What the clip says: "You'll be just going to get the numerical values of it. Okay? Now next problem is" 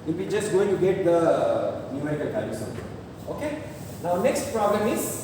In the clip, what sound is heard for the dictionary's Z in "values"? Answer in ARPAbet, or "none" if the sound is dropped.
S